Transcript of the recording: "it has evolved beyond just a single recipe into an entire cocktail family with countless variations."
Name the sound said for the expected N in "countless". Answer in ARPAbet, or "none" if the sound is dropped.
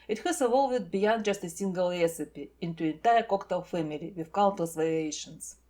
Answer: L